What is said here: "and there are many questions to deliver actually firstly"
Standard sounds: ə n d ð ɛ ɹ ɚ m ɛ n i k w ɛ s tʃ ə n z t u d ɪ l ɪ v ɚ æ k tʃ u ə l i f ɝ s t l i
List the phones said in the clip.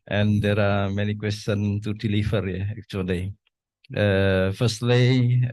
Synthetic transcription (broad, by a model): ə n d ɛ ɹ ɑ m ɛ n i k w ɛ s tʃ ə n t u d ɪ l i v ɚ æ k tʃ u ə l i f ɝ s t l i